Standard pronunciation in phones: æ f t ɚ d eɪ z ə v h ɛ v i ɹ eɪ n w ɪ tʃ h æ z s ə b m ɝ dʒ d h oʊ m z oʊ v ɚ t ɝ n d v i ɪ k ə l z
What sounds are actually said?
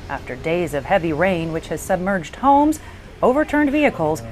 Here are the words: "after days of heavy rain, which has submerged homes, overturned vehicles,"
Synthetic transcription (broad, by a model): æ f t ɚ d eɪ z ə v h ɛ v i ɹ eɪ n w ɪ tʃ h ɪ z s ə b m ɝ dʒ d h oʊ m z oʊ v ɚ t ɝ n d v i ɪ k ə l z